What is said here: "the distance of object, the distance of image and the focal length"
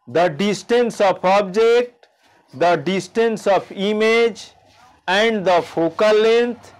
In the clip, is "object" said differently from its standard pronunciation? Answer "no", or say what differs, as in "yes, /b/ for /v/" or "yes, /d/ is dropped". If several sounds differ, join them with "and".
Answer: no